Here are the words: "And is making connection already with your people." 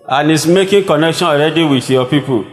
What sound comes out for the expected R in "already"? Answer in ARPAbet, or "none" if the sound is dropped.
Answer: R